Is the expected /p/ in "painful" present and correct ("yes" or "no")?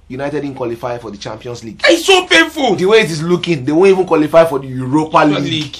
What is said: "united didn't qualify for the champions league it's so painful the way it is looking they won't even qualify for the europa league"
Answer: no